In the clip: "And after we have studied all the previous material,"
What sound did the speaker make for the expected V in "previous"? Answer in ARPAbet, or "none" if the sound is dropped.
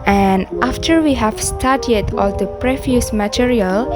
F